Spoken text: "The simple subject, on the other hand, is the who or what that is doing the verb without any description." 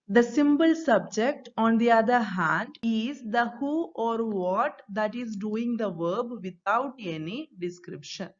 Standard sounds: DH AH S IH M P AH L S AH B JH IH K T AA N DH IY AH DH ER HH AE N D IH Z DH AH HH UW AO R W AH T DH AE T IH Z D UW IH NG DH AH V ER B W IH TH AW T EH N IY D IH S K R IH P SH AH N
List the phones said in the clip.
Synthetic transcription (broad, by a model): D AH S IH M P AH L S AH B JH IH K T AA N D IY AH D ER HH AE N D IH Z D AH HH UW AO R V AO T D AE T IH Z D UW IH NG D AH V ER B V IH T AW T EH N IY D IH S K R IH P SH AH N